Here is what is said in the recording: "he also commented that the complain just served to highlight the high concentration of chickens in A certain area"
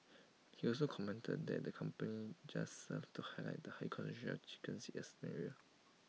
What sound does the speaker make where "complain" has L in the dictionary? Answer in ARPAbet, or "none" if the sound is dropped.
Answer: none